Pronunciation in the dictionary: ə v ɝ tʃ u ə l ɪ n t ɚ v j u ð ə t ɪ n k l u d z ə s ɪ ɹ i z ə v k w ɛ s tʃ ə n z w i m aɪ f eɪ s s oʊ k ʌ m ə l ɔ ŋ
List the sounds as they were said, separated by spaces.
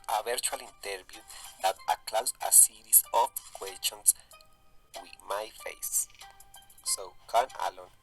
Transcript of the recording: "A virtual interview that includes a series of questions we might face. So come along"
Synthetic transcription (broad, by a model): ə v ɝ tʃ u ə l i n t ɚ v j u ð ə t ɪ k l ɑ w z ə s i ɹ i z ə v k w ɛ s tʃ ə n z w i m aɪ f eɪ s s oʊ k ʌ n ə l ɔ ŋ